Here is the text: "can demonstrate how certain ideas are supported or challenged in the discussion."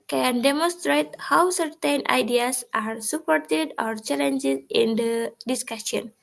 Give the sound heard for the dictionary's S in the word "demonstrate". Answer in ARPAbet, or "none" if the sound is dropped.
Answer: S